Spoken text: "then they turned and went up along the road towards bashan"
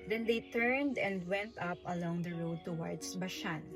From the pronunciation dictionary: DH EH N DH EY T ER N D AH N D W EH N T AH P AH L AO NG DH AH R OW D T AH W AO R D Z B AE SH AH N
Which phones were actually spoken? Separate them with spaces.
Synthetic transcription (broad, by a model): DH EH N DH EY T ER N D AH N D W EH N T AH P AH L AO NG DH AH R OW D T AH W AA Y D S B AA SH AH N